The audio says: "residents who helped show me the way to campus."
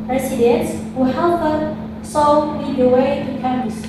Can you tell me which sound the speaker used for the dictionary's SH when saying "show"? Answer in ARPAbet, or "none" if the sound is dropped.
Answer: S